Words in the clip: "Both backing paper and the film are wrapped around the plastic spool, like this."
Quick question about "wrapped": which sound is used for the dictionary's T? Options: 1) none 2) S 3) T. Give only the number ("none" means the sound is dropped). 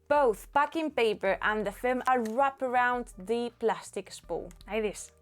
1